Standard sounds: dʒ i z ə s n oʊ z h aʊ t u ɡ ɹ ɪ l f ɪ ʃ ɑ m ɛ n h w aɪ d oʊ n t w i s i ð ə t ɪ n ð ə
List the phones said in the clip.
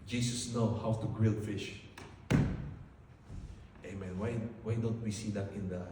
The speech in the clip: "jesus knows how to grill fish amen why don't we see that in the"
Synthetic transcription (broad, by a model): dʒ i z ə s n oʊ h aʊ t u ɡ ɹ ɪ l f ɪ ʃ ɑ m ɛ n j w aɪ d oʊ n t w i s i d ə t ɪ n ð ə